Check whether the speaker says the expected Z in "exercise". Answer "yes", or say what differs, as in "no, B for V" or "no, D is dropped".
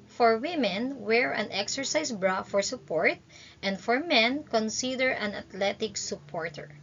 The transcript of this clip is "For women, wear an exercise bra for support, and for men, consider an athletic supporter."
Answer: no, S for Z